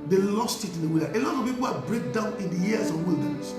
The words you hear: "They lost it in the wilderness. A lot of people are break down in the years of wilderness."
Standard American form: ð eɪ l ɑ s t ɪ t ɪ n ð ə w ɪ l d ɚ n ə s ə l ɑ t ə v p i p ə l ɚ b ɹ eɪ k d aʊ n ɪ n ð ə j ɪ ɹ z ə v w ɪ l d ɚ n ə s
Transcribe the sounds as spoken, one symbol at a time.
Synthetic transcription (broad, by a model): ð eɪ l ɑ s t ɪ t ɪ n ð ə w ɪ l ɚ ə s ə l ɑ t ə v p i p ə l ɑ b ɹ eɪ k d aʊ n ɪ n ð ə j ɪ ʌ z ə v w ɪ l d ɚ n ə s